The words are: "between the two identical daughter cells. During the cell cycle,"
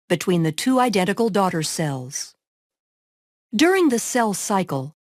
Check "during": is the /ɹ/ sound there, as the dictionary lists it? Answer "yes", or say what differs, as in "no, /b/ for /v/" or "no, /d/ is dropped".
yes